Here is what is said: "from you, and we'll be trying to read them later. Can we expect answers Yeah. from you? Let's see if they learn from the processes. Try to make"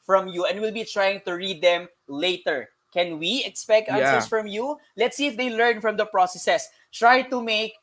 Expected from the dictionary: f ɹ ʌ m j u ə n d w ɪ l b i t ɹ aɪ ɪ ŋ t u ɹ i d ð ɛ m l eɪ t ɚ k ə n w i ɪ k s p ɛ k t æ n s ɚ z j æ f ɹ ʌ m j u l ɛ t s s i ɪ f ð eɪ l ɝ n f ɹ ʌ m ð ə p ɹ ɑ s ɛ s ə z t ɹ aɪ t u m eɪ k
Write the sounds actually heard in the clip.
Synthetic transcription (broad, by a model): f ɹ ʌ m j u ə n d w ɪ l b i t ɹ aɪ ɪ ŋ t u ɹ i d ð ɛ m l eɪ t ɚ k ə n w i ɪ k s p ɛ k t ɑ s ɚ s f ɹ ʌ m j u l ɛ t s s i ɪ f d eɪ l ɝ n f ɹ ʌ m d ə p ɹ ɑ s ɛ s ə s t ɹ aɪ t u m eɪ k